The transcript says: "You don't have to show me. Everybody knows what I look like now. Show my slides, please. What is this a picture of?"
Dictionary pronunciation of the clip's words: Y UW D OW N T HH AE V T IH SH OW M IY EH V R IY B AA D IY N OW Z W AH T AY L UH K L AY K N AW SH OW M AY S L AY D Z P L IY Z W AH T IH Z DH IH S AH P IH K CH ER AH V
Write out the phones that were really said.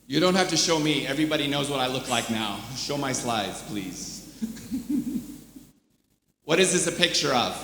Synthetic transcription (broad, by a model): Y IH D OW N T HH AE F T IH SH OW M IY EH V R IY B AA D IY N OW Z W AH T AY L UH K L AY K N AW SH OW M AY S L AY D Z P L IY Z W AH T IH Z DH IH S AH P IH K CH ER AH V